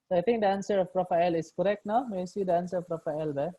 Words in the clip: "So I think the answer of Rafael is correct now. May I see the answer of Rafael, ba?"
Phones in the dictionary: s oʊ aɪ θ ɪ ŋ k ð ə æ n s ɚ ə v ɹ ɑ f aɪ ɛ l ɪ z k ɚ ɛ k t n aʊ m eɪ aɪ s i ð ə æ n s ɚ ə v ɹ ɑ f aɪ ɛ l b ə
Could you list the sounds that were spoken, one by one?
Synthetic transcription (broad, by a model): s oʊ aɪ t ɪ ŋ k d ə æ n s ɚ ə p ɹ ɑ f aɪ l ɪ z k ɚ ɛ k t n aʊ m eɪ s i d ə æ n s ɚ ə p ɹ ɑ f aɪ l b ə